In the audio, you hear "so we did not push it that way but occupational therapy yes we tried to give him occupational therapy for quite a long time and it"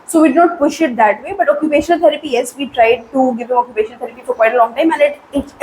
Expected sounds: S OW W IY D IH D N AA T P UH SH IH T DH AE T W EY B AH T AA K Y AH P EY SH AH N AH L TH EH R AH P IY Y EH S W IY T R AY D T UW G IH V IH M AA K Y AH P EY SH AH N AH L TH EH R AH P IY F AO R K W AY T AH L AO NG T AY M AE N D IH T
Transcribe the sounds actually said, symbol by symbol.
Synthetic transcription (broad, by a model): S OW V IY D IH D N AA T P UH SH IH T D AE T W EY B AH T AA K Y AH P EY SH AH N AH L T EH R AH P IY Y EH S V IY T R AY D T UW G IH V IH M AA K Y AH P EY SH AH N AH L T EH R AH P IY F AO R K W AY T AH L AO NG T AY M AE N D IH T